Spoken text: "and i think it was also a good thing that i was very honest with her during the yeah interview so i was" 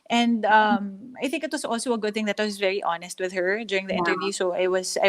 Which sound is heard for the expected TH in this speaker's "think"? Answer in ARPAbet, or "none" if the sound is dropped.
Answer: TH